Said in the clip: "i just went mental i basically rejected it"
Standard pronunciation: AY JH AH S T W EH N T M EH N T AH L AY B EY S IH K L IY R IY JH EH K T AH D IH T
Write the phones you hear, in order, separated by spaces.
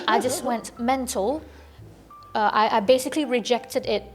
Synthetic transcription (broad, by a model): AY JH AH S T W EH N T M EH N T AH L AY B EY S IH K L IY R IY JH EH K T AH D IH T